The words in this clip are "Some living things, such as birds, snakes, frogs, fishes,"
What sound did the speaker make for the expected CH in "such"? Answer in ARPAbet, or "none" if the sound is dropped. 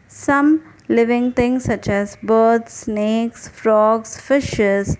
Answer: CH